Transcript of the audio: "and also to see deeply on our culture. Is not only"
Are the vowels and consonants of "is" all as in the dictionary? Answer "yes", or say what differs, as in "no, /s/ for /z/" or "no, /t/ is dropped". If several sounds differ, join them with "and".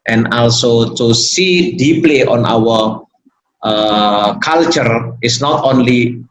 no, /s/ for /z/